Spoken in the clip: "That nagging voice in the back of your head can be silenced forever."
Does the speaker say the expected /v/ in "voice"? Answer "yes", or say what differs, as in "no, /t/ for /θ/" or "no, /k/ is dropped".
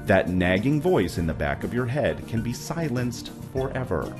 yes